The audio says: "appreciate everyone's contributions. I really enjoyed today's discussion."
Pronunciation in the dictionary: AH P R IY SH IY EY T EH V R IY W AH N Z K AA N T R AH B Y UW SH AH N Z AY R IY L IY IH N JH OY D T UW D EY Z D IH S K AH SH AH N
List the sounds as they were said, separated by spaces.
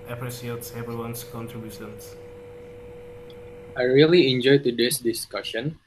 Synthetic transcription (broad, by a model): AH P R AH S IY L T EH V IY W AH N S K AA N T R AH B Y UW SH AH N S AY R IY L IY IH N JH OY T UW D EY S D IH S K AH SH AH N